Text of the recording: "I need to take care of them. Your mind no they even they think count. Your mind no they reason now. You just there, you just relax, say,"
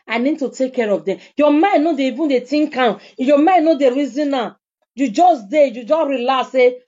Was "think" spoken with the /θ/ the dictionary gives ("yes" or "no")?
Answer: no